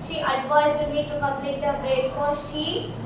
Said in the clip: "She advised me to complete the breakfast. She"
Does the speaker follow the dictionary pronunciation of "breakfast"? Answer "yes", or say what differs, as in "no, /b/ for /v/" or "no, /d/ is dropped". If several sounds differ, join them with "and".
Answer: no, /s/ is dropped